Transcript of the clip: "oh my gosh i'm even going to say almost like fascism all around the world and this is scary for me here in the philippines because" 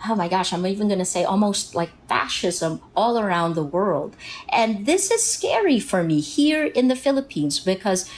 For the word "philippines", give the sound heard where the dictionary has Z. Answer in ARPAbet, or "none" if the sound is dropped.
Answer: Z